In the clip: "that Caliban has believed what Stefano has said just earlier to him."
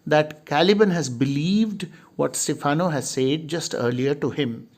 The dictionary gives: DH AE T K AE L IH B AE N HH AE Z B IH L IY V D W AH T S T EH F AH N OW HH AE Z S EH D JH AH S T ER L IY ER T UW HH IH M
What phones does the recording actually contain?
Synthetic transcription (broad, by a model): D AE T K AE L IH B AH N HH AE Z B IH L IY V D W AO T S T EH F AH N OW HH AE Z S EH D JH AH S T ER L IY ER T UW HH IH M